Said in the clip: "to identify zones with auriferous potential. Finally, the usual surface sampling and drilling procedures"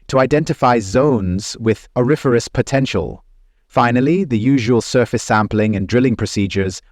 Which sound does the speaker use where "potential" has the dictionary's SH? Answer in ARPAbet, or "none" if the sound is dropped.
SH